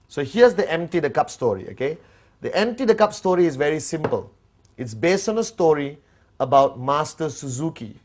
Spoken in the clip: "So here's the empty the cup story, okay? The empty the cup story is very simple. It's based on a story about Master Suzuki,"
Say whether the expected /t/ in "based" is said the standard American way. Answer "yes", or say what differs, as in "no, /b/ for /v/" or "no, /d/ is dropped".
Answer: yes